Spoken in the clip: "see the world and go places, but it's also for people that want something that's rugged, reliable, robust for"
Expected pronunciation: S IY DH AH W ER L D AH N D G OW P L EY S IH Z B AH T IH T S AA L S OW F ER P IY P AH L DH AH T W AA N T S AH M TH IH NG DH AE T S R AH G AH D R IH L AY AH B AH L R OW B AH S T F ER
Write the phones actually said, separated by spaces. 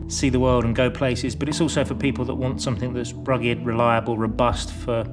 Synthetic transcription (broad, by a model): S IY DH AH W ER L D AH N G OW P L EY S IH Z B AH T IH T S AA L S OW F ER P IY P L DH AH T W AA N T S AH M TH IH NG DH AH T S R AH G AH D R IH L AY AH B AH L R OW B AH S T F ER